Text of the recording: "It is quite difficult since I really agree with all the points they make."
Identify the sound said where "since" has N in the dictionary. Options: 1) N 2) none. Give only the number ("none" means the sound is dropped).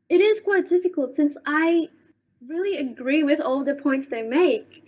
1